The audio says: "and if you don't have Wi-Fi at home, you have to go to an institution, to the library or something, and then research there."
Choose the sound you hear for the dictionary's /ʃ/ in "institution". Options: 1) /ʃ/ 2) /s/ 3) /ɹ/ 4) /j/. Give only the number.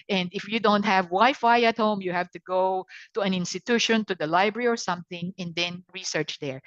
1